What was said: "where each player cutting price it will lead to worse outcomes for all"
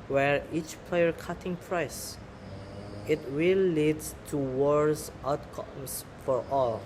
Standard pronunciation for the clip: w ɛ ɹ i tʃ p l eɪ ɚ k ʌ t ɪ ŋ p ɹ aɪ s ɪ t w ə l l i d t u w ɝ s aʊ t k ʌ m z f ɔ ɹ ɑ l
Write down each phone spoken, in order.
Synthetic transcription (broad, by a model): w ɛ ɹ i tʃ p l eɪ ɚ k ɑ t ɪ ŋ p ɹ aɪ s ɪ t w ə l l i d t u w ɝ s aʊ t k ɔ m s f ɔ ɹ ɑ l